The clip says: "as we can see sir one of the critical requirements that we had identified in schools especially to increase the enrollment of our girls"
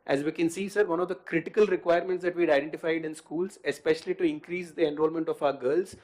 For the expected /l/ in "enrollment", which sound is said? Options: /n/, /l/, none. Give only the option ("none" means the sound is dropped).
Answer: /l/